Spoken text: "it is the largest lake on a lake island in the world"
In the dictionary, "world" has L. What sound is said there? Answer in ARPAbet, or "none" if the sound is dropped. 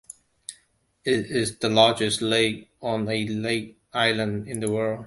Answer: L